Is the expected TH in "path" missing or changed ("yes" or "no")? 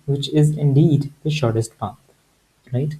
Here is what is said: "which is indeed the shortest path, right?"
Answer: yes